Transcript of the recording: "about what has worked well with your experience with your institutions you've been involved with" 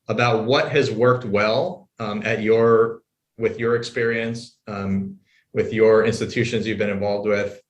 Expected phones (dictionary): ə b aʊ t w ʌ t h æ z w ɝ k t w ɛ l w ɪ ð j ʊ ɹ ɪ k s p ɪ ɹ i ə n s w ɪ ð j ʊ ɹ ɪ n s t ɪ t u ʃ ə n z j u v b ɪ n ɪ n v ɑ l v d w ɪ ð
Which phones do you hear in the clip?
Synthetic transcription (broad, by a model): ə b aʊ t w ʌ t h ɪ z w ɝ k t w ɛ l w ɪ ð j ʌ ɹ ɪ k s p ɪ ɹ i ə n s w ɪ ð j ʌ ɹ ɪ n s t ɪ t u ʃ ə n z j u v b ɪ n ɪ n v ɑ l v d w ɪ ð